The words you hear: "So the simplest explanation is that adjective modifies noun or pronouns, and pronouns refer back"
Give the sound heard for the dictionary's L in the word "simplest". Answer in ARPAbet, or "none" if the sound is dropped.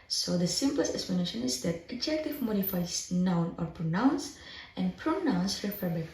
L